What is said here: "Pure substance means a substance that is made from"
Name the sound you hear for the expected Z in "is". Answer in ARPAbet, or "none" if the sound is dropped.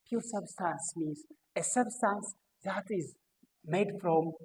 Z